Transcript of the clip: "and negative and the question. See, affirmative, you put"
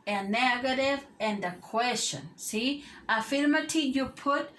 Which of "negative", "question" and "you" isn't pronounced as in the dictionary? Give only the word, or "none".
none